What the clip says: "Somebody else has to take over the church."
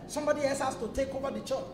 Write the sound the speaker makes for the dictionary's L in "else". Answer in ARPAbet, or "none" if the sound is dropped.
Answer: none